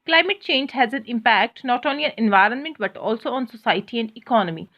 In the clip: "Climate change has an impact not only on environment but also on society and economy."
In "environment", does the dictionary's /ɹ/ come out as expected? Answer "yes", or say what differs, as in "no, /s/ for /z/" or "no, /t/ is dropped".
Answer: yes